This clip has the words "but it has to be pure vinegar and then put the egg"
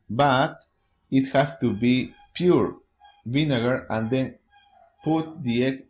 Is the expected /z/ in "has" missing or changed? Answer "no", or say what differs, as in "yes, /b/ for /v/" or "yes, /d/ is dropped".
yes, /s/ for /z/